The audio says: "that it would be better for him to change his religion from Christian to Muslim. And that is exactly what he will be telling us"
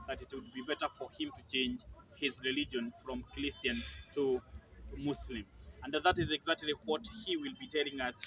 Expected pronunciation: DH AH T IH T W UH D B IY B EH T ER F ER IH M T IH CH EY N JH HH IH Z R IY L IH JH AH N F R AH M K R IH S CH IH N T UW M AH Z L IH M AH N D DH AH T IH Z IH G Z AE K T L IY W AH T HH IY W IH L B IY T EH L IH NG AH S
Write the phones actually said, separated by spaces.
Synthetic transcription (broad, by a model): DH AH T IH T W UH D B IY B EH T ER F ER IH M T IH CH EY N JH HH IH Z R IY L IH JH AH N F R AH M K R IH S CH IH N T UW M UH S L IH M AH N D DH AH T IH Z IH G Z AE K T L IY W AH T HH IY W IH L B IY T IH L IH NG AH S